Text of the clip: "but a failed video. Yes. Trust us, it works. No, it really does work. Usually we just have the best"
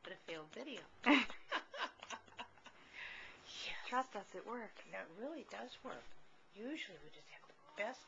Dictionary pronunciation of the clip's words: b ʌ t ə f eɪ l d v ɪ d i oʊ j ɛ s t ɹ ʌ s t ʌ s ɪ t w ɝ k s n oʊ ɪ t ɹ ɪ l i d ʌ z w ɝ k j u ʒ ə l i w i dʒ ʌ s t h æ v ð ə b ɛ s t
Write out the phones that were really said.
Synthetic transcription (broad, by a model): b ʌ t ə f eɪ l d v ɪ d i oʊ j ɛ t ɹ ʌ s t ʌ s ɪ t w ɝ k n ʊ ɪ t ɹ ɪ l i d ʌ z w ɝ k j u ʒ l i w i dʒ ʌ s t h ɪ v ð ə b ɛ s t